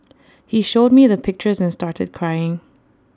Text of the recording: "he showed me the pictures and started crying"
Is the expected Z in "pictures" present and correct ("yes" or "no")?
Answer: yes